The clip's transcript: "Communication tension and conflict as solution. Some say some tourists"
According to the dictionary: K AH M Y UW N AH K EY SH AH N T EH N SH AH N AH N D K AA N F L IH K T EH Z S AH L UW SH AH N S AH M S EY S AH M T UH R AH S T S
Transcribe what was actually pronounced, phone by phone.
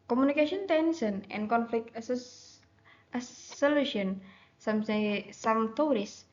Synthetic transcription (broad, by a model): K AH M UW N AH K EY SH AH N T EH N S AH N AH N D K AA N F L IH K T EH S S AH L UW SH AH N S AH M S EY S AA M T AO R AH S S